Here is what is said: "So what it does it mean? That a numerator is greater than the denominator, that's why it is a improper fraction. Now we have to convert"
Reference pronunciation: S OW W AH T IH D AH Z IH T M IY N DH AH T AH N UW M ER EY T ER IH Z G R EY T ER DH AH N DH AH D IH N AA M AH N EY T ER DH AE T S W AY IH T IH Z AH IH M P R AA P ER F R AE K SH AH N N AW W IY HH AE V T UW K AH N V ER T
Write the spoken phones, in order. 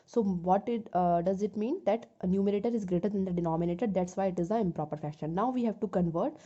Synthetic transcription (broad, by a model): S OW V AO T IH D AH Z IH T M IY N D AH T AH N UW M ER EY T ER IH Z G R EY T ER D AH N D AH D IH N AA M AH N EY T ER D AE T S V AY IH T IH Z AH IH M P R AA P ER F AE K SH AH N N AW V IY HH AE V T UW K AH N V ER T